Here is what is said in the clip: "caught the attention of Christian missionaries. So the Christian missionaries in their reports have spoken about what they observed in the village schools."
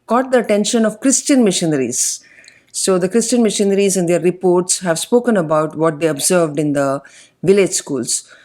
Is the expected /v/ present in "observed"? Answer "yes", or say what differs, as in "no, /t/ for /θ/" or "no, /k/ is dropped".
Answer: yes